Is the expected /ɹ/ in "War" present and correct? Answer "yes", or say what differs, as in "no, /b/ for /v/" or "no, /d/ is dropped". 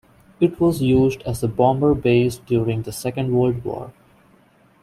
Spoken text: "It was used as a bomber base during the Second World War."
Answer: yes